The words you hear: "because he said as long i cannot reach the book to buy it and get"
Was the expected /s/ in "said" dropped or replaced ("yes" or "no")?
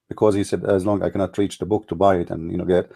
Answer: no